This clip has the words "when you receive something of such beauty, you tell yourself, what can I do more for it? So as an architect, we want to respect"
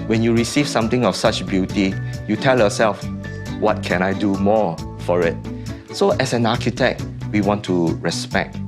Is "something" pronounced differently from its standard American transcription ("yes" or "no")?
yes